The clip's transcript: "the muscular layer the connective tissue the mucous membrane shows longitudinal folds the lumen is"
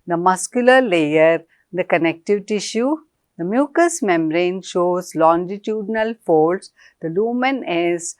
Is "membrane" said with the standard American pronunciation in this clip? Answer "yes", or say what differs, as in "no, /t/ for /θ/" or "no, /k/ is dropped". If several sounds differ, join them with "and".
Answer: no, /b/ is dropped